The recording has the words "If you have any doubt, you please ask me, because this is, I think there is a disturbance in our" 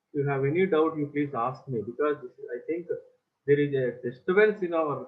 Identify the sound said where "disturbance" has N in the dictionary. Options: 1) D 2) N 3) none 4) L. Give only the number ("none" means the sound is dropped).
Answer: 4